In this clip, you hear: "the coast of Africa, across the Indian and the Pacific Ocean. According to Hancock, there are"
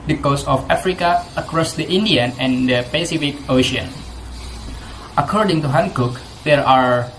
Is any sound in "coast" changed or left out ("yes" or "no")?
yes